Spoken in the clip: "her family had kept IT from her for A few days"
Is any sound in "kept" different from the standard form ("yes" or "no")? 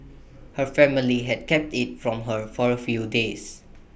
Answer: no